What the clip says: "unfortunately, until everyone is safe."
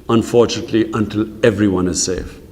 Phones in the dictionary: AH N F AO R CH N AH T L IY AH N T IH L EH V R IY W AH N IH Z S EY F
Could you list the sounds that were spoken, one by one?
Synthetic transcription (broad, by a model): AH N F AO R CH N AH T L IY AH N T IH L EH V R IY W AH N IH Z S EY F